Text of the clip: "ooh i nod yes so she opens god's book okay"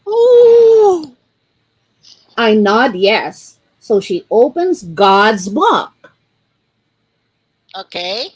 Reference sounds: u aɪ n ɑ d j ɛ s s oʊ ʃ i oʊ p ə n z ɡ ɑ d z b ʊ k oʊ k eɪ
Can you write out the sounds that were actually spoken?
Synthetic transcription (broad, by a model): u aɪ n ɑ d j ɛ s s oʊ ʃ i oʊ p ə n z ɡ ɑ d z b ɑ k oʊ k eɪ